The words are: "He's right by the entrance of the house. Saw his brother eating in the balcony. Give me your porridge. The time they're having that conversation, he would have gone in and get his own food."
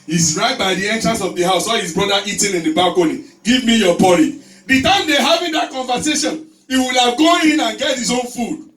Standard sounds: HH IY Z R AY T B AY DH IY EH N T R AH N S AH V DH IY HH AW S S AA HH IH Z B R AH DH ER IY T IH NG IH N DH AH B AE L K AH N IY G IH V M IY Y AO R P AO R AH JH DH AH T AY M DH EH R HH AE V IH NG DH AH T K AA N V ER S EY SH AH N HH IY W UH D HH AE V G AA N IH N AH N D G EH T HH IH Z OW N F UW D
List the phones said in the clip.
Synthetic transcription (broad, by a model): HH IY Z R AY T B AY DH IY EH N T R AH N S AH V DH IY HH AW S S AA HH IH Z B R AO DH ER IY T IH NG IH N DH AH B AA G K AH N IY G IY V M IY Y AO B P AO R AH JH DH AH T AY M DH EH HH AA V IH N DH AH T K AA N V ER S EY SH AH N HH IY W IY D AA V G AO IH N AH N G EH T HH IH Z OW N F UW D